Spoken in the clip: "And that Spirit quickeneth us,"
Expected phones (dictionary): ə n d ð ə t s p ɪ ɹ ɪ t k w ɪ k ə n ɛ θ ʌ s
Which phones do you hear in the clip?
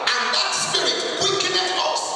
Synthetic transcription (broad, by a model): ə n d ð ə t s ɪ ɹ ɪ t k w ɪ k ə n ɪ t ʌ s